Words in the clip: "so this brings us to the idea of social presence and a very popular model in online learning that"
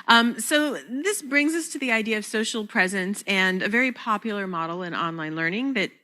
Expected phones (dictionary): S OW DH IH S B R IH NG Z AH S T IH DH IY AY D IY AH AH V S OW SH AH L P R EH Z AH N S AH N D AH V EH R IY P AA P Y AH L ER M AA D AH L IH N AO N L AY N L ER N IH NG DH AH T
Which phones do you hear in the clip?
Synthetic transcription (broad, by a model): S OW DH IH S B R IH NG Z AH S T IH DH IY AY D IY AH AH V S OW SH L P R EH Z AH N S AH N AH V EH R IY P AA P Y L ER M AA D L IH N AO N L AY N L ER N IH NG DH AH T